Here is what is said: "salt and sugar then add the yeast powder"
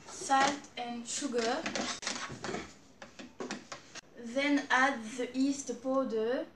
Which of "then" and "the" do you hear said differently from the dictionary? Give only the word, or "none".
none